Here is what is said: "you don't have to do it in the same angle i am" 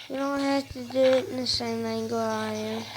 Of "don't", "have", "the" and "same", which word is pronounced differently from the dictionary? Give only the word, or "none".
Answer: have